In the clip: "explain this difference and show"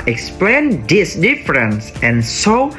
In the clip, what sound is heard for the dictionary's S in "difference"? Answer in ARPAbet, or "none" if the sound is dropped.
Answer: S